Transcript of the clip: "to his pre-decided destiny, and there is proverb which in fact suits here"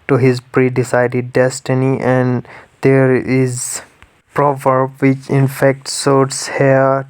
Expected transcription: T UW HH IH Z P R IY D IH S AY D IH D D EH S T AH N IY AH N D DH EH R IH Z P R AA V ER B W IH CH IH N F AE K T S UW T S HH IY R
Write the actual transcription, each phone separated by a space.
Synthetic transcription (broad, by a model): T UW HH IH Z P R IY D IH S AY D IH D D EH S T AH N IY AH N D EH R IH Z P R AA V ER B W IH CH IH N F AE K T S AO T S HH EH